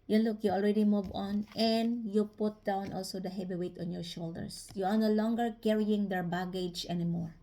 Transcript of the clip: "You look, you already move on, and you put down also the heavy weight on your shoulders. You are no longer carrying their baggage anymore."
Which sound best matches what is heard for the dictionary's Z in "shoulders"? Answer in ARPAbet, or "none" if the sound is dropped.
S